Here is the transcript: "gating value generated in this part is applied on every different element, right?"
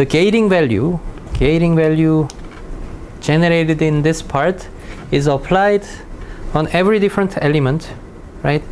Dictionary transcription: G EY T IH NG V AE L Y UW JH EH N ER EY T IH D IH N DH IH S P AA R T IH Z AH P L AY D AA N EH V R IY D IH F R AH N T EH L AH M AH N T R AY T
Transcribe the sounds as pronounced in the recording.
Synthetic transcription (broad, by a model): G EY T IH NG V AE L Y UW JH EH N ER EY T IH D IH N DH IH S P AA R T IH Z AH P L AY D AA N EH V R IY D IH F R AH N T EH L AH M AH N T R AY T